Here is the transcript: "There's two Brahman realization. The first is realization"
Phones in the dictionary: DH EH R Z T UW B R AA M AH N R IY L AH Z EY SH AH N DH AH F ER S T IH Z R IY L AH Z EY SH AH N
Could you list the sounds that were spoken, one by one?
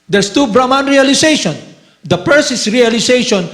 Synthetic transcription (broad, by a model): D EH R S T UW B R AA M AH N R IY L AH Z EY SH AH N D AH P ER S IH S R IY L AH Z EY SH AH N